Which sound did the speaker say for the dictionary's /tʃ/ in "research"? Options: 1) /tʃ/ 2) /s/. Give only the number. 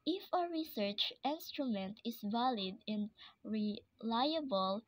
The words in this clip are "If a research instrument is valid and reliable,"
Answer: 1